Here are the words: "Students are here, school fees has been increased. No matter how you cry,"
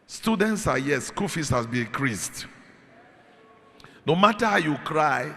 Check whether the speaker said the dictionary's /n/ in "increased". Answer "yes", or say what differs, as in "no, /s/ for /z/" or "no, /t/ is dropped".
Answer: no, /n/ is dropped